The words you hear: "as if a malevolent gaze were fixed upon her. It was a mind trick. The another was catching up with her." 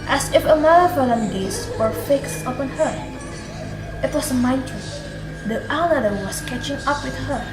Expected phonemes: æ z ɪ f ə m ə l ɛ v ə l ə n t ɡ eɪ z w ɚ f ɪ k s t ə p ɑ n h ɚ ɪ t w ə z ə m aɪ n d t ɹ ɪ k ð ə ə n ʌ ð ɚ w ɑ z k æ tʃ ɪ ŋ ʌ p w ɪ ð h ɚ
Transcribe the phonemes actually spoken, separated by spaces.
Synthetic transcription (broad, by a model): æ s ɪ f ə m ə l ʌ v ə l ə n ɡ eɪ s w ɚ f ɪ k s t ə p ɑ n h ɚ ɪ t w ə s ə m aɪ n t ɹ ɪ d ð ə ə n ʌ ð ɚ w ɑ s k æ tʃ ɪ ŋ ʌ p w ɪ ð h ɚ